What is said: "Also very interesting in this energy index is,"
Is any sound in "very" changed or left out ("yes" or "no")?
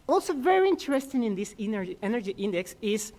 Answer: no